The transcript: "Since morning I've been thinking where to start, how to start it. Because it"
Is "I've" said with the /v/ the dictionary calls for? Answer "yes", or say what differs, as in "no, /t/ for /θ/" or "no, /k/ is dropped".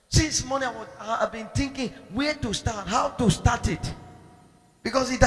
no, /w/ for /v/